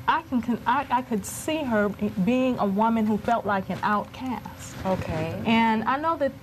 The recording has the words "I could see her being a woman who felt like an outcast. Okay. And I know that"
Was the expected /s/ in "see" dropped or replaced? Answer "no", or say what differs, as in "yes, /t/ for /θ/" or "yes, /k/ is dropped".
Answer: no